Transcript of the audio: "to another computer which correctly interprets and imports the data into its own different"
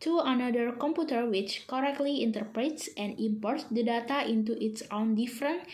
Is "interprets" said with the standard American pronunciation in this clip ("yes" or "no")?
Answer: yes